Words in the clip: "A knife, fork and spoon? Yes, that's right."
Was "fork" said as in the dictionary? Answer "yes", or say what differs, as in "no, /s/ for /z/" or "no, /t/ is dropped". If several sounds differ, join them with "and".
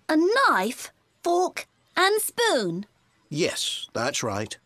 no, /l/ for /ɹ/